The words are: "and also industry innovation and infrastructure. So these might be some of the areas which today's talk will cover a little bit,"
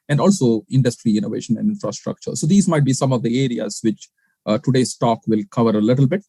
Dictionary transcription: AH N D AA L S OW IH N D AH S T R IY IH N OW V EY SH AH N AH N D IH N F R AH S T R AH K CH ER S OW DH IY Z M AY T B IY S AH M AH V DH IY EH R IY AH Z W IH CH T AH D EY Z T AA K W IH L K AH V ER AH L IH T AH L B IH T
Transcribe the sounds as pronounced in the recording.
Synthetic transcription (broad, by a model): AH N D AA L S OW IH N D AH S T R IY IH N OW V EY SH AH N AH N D IH N F R AH S T R AH K CH ER S OW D IY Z M AY T B IY S AH M AH V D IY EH R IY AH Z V IH CH T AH D EY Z T AA K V IH L K AH V ER AH L IH T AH L B IH T